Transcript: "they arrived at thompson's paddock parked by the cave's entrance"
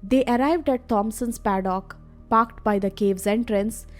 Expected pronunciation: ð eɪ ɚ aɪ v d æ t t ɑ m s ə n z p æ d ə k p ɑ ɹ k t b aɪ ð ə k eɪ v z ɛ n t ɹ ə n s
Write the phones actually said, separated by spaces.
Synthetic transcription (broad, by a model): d eɪ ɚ aɪ v d æ t t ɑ m s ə n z p æ d ə k p ɑ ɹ k t b aɪ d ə k eɪ v z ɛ n t ɹ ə n s